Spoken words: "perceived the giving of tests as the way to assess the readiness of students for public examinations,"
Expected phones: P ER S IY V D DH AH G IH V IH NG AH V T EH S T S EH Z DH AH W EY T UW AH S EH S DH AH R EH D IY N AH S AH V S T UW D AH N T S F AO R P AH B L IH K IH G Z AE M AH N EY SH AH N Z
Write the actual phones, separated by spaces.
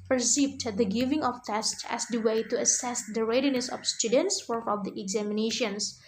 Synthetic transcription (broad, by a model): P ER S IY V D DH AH G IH V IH NG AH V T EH S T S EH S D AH W EY T UW AH S EH S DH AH R EH D IY N AH S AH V S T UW D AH N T S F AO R F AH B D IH IH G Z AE M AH N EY SH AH N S